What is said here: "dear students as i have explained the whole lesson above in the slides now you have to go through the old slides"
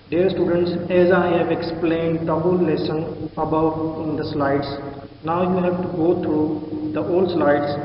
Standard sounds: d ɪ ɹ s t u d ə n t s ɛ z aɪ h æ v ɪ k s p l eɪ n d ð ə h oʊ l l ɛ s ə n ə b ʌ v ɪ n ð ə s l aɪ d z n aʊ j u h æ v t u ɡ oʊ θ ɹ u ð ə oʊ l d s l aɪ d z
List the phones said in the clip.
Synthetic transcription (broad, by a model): d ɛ ɹ s t u d ə n t s ɛ z aɪ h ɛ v ɪ k s p l eɪ n d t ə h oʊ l l ɛ s ə n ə b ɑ ɪ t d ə s l aɪ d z n aʊ j u h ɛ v t u ɡ oʊ t ɹ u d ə oʊ l d s l aɪ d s